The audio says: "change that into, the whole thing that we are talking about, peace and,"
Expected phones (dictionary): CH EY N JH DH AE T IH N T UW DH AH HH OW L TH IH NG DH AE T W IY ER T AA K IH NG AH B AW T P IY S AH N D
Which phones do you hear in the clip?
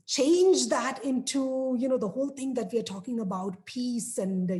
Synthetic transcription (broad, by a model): CH EY N JH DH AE T IH N T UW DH AH HH OW L T IH NG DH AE T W IY ER T AA K IH NG AH B AW T P IY S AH N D